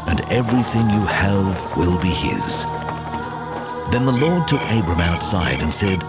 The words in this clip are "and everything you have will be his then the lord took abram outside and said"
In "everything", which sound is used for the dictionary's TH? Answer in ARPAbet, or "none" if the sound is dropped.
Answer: TH